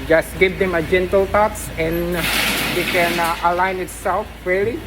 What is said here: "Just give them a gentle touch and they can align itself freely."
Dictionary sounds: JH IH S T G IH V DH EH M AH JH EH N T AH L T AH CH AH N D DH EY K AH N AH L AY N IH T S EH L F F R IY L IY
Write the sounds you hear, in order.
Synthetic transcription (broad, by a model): JH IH S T G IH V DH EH M AH JH EH N T AH L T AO S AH N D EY K AH N AH L AY N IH T S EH L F F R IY L IY